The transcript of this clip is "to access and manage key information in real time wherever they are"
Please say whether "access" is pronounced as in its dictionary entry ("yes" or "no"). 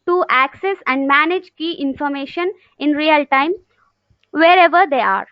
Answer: yes